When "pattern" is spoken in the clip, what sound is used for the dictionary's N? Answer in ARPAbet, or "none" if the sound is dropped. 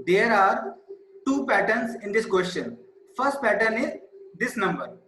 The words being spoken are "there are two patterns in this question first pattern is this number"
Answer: N